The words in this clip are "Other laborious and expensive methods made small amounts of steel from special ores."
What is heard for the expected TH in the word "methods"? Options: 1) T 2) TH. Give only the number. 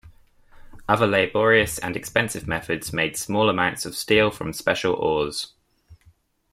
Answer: 2